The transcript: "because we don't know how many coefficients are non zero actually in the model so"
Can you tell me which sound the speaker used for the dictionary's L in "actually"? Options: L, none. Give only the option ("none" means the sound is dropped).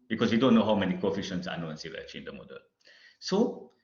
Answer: none